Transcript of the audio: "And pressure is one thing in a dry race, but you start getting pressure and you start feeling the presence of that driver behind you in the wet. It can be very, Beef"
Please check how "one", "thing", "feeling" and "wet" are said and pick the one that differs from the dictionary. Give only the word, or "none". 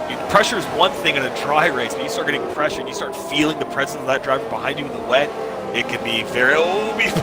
none